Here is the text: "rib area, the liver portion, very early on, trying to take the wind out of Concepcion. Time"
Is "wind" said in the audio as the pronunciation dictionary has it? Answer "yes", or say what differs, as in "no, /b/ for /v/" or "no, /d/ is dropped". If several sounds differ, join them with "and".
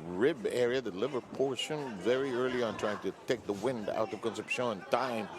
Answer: yes